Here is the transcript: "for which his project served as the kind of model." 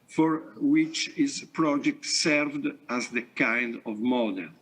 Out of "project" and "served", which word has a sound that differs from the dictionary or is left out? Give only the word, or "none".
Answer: none